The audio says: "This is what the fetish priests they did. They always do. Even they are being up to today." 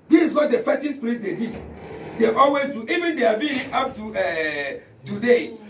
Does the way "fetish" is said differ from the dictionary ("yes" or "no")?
yes